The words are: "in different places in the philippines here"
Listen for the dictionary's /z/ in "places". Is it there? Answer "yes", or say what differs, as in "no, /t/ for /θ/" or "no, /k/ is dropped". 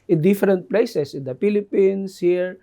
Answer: no, /s/ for /z/